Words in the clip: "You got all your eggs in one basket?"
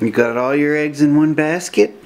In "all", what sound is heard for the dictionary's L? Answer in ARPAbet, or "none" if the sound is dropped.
L